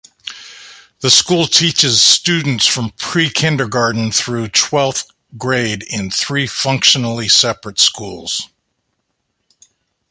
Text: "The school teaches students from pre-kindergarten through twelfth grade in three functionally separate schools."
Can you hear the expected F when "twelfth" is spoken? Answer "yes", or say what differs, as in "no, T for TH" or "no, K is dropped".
no, F is dropped